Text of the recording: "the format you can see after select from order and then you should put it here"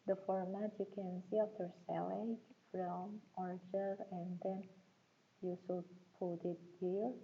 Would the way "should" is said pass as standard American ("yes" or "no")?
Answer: no